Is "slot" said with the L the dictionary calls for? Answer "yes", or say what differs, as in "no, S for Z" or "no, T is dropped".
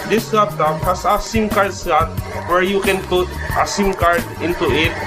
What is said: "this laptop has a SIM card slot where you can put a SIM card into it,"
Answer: no, L is dropped